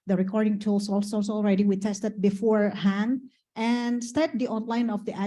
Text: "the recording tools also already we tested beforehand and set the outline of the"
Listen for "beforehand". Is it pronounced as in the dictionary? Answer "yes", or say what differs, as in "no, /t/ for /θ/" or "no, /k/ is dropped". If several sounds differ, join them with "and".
yes